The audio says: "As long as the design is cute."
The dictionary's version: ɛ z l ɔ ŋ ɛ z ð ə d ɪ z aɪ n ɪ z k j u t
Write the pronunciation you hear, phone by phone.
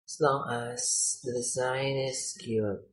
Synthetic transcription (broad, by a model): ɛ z l ɔ ŋ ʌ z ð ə d ɪ z aɪ n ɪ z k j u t